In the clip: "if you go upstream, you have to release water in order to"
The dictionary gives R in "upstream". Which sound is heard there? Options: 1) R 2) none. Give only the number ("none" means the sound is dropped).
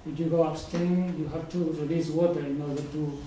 2